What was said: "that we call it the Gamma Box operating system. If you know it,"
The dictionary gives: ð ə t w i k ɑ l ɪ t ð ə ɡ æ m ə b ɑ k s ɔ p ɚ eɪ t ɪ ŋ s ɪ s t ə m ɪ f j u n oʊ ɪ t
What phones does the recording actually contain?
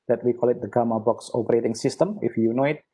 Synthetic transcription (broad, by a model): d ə t w i k ɑ l ɪ t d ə ɡ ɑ m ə b ɑ k s ɔ p ɚ eɪ t ɪ ŋ s ɪ s t ə m ɪ f j u n oʊ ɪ t